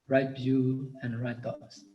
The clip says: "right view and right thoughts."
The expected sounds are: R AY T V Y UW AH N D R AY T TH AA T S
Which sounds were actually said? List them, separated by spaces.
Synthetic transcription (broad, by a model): R AY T B Y UW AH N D R AY T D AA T S